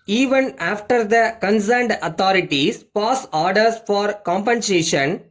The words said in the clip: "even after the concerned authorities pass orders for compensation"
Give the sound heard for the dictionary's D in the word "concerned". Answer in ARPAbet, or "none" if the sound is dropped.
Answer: D